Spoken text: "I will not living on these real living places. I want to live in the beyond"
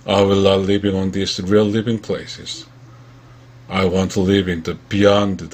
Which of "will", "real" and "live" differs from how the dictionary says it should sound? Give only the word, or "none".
none